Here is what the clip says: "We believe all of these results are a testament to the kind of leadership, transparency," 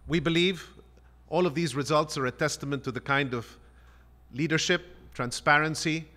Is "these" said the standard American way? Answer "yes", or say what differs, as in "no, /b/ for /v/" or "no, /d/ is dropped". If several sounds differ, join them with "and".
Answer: yes